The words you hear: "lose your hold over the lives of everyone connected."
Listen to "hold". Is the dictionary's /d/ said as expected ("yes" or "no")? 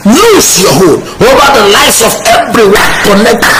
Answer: no